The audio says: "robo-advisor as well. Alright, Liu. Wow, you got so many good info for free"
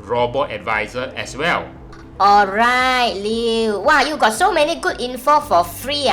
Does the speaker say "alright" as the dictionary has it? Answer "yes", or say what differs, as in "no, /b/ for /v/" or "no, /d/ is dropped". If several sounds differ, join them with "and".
yes